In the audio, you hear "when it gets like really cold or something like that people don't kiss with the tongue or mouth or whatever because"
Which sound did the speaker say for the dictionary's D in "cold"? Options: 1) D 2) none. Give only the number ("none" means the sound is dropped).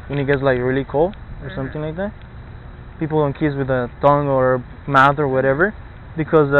2